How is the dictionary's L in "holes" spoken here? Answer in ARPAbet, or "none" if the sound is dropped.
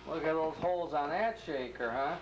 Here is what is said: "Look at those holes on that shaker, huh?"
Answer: L